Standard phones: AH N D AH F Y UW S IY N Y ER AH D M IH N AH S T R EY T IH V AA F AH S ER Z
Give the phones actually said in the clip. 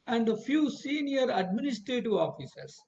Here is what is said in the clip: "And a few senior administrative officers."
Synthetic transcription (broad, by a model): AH N D AH F Y UW S IY N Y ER AH D M IH N AH S T R EY T IH V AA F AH S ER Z